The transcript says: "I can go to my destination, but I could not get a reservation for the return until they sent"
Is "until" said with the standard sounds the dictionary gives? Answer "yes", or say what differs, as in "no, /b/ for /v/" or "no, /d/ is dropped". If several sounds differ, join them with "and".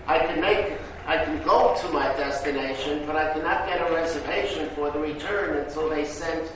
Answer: no, /s/ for /t/